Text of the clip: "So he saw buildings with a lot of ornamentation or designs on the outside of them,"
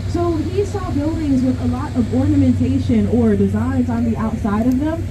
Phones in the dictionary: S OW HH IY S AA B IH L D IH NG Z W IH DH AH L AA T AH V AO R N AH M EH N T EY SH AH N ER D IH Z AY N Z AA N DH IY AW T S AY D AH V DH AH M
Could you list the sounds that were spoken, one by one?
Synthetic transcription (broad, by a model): S OW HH IY S AA B IH L D IH NG Z W IH DH AH L AA T AH V AO R N AH M EH N T EY SH AH N ER D IH Z AY N Z N DH IY AW T S AY D AH V DH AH M